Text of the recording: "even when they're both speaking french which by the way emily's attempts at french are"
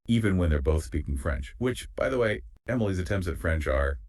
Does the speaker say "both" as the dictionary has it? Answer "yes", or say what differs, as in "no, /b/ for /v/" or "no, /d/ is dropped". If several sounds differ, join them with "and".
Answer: yes